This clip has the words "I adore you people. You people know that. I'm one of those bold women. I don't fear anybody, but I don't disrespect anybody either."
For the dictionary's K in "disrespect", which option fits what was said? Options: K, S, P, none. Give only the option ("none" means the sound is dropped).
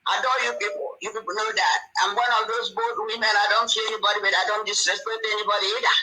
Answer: none